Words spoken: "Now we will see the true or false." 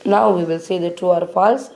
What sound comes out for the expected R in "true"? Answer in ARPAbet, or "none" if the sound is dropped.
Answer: none